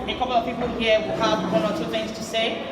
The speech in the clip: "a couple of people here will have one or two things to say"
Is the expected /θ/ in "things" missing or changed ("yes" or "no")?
no